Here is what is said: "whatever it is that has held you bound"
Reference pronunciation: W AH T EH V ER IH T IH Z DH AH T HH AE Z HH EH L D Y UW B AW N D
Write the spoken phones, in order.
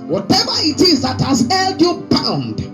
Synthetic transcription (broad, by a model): W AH T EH V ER IH T IH Z DH AH T HH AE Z HH EH L D Y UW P AW N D